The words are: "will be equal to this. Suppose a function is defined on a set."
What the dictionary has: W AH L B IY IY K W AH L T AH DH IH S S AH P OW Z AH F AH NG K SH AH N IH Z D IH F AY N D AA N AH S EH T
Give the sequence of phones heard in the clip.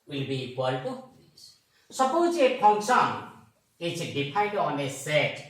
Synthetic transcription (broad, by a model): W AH L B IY IY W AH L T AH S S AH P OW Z AH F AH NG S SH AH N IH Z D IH P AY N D AA N AH S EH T